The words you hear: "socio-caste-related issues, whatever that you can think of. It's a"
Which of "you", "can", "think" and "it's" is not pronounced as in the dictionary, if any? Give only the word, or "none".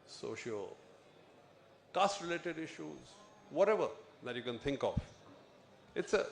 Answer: think